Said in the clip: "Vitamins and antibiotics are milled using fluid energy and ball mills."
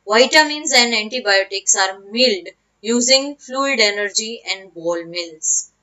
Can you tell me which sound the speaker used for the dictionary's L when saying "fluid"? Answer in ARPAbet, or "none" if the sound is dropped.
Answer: L